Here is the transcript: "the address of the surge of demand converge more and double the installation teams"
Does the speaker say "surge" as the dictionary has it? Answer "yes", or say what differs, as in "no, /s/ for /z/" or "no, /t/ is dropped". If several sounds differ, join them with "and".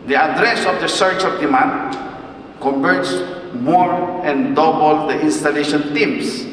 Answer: no, /tʃ/ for /dʒ/